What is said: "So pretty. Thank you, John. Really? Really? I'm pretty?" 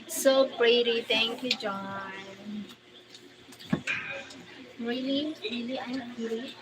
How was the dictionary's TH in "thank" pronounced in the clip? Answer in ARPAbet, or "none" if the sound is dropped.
T